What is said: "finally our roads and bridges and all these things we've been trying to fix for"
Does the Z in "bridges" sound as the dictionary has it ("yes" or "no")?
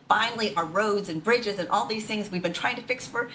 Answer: yes